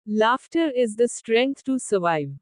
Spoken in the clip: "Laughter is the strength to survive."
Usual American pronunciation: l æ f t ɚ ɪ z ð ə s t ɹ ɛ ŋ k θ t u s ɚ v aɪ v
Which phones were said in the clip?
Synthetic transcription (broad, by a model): l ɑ f t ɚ ɪ z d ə s t ɹ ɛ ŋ k t t u s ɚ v aɪ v